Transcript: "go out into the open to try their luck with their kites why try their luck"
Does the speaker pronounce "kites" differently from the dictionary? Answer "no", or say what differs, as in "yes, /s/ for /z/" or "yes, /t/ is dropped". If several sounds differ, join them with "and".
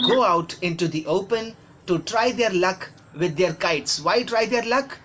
no